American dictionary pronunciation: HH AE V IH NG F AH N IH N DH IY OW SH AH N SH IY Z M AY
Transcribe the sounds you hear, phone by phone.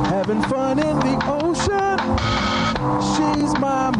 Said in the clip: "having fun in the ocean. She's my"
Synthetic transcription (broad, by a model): HH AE V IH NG F AH N IH N DH IY OW SH AH N SH IY Z M AY